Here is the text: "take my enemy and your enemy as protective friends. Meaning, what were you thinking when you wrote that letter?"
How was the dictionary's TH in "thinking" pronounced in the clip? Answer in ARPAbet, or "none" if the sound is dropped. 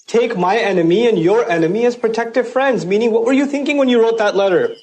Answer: TH